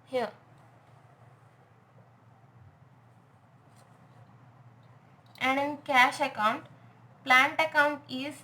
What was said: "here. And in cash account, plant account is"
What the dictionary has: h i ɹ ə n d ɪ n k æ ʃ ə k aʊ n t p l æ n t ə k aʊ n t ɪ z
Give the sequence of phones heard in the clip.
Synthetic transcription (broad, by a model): h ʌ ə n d ɪ n k æ ʃ ə k aʊ n t p l æ n t ə k aʊ n t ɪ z